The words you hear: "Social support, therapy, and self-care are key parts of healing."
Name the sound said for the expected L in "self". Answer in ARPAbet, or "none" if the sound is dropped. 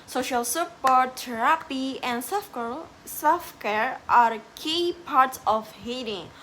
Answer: none